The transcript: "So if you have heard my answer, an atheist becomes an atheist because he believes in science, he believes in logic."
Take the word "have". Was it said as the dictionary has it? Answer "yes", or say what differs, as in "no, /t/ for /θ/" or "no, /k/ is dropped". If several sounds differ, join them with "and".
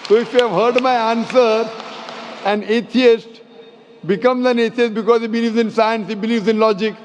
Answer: yes